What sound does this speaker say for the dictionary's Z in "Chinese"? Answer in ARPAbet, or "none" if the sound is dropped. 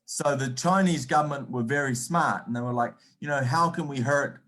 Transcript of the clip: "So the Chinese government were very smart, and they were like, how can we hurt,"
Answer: Z